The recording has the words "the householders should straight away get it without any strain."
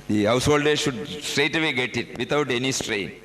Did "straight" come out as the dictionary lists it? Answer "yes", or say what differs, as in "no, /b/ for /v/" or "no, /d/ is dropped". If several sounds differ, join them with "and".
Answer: yes